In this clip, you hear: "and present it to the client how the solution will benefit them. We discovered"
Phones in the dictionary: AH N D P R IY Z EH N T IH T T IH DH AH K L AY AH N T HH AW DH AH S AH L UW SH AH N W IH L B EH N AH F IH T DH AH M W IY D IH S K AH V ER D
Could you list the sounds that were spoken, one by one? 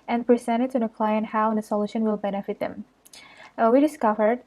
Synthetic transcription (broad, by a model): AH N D P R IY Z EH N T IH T S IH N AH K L AY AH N HH AW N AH S AH L UW SH AH N W IH L B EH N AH F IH T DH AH M W IY D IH S K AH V ER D